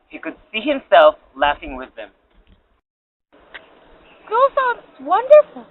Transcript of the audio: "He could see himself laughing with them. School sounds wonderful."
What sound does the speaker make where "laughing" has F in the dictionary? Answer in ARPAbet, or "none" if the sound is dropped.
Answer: F